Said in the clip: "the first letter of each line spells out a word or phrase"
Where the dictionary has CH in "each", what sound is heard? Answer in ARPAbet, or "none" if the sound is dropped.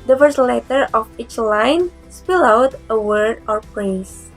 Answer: CH